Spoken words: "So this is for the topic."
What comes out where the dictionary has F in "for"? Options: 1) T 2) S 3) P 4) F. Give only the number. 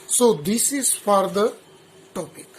4